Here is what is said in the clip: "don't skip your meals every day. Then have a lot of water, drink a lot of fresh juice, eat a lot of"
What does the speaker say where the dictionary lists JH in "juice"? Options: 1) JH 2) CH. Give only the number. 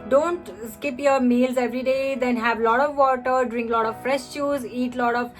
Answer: 2